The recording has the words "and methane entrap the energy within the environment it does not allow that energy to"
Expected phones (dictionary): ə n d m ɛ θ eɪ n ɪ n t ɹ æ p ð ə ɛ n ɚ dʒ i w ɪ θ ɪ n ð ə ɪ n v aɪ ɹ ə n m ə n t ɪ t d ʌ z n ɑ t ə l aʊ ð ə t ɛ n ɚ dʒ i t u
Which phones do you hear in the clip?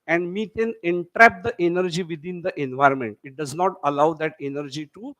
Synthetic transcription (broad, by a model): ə n d m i t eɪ n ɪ n t ɹ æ p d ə ɛ n ɚ dʒ i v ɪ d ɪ n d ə ɪ n v aɪ ɹ ə n m ə n t ɪ t d ʌ z n ɑ t ə l aʊ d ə t ɛ n ɚ dʒ i t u